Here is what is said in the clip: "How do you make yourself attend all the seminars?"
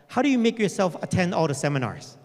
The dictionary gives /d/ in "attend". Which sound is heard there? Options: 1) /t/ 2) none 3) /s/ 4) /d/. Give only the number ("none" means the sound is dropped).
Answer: 4